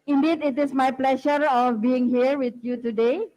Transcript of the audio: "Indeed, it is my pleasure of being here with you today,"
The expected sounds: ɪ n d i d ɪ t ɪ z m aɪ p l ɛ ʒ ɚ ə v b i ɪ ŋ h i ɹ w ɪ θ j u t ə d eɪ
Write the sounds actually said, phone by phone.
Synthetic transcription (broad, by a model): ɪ n d i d ɪ t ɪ s m aɪ p l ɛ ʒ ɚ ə f b i ɪ ŋ h i ɹ w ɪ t j u t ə d eɪ